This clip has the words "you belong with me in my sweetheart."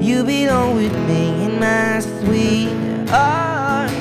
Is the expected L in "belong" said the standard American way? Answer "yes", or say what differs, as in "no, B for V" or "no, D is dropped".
no, N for L